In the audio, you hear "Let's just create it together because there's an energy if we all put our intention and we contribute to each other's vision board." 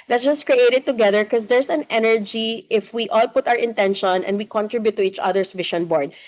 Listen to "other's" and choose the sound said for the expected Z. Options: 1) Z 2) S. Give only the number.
2